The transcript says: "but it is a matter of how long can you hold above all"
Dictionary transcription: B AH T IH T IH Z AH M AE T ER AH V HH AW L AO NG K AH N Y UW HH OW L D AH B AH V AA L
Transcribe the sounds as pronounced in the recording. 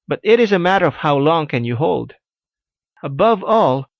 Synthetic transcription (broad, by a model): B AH T IH T IH Z AH M AE T ER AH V HH AW L AO NG K AH N Y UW HH OW L D AH B AH V AA L